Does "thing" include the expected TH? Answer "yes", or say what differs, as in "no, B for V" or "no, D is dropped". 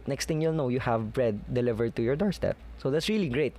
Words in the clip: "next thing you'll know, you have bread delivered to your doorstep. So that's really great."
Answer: no, T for TH